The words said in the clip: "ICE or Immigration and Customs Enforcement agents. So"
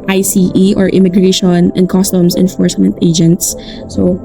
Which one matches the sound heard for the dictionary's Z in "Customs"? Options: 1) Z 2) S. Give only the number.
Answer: 2